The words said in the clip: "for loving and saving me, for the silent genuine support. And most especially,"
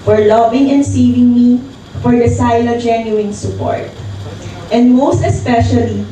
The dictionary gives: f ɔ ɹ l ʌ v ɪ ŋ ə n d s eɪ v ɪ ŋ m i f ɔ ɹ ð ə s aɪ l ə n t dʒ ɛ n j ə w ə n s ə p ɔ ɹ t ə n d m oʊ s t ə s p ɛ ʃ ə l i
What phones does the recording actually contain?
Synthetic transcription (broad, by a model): f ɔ ɹ l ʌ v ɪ ŋ ə n d s eɪ v ɪ ŋ m i f ɔ ɹ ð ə s aɪ l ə dʒ ɛ n j ə w ə n s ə p ɔ ɹ t ə n d m oʊ s t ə s p ɛ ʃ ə l i